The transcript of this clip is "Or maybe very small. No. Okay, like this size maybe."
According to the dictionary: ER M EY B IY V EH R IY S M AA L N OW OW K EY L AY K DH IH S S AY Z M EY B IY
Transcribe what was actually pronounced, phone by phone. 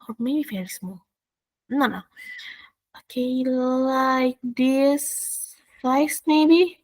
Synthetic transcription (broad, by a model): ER M EY B IY F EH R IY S M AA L N OW OW K EY L AY K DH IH S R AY S M EY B IY